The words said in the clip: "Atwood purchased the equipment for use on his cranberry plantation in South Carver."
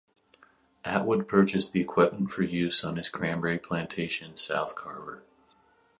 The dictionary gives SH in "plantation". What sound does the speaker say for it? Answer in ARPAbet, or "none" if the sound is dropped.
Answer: none